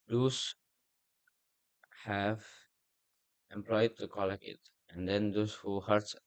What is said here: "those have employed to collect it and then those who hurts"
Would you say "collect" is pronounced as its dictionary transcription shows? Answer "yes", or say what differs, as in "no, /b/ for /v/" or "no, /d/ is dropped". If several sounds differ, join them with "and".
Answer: no, /t/ is dropped